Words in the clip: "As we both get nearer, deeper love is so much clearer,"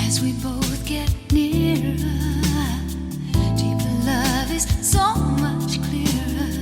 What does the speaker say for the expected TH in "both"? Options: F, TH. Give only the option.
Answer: TH